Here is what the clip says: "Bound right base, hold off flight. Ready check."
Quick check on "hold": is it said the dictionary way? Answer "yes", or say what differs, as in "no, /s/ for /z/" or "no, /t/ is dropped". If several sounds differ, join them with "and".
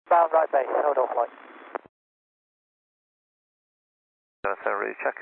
no, /l/ is dropped